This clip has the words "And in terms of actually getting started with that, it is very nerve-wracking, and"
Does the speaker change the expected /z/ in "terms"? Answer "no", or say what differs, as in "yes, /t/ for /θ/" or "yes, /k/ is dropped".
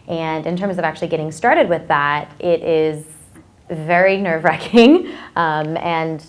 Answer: no